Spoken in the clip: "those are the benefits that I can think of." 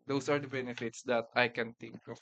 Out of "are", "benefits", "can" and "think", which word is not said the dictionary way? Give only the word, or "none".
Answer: think